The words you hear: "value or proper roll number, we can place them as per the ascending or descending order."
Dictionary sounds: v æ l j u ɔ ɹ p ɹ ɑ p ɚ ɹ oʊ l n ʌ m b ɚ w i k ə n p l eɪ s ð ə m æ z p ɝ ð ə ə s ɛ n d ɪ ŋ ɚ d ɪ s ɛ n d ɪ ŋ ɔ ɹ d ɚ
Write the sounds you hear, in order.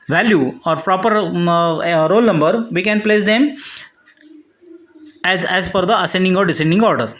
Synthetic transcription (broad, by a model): v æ l j u ɔ ɹ p ɹ ɑ p ɚ ɹ oʊ l n ʌ m b ɚ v i k ə n p l eɪ s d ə m æ z f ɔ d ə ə s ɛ n d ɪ ŋ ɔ d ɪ s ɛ n d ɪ ŋ ɔ ɹ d ɚ